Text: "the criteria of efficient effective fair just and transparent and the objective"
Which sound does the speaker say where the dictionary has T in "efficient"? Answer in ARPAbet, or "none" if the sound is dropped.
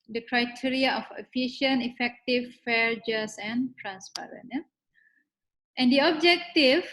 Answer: none